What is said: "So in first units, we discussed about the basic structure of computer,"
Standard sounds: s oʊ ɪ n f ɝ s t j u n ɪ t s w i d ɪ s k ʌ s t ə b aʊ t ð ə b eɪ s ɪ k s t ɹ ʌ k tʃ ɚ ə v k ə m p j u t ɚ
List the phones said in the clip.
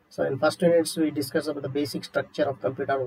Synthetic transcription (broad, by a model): s oʊ ɪ n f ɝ s t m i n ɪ t s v i d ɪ s k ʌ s ə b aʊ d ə b eɪ s ɪ k s t ɹ ʌ k tʃ ɚ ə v k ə m p j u t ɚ